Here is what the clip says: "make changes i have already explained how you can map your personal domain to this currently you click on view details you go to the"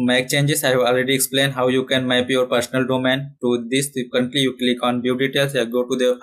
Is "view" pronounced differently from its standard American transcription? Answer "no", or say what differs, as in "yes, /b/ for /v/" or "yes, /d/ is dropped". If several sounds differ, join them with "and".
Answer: yes, /b/ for /v/